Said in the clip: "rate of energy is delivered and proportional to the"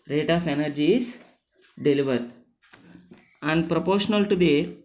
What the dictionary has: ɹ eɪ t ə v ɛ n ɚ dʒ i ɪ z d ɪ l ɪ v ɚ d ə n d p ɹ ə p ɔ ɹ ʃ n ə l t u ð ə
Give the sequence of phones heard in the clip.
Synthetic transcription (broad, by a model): ɹ eɪ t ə f ɛ n ɚ dʒ i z d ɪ l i v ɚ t ə n d p ɹ ə p ɔ ɹ ʃ n ə l t u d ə